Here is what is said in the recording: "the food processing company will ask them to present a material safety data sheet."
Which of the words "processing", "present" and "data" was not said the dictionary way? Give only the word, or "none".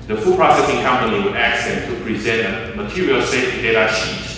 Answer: none